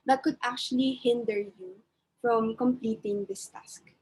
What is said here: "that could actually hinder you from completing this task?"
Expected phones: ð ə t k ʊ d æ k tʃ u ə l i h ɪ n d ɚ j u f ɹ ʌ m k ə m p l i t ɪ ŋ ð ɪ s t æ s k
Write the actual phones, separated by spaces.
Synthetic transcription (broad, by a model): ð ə t k ʊ d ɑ k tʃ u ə l i h ɪ n d ɚ j u f ɹ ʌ m k ə m p l i t ɪ ŋ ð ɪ s t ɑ s k